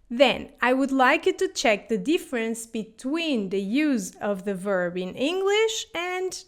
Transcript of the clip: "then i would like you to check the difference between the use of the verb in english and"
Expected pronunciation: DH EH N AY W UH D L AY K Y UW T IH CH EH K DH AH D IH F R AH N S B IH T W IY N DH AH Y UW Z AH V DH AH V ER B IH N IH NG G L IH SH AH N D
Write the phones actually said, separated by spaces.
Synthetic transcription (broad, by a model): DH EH N AY W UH D L AY K Y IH T IH CH EH K DH AH D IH F R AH N S B IH T W IY N DH AH Y UW Z AH V DH AH V ER B IH N IH NG G L IH SH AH N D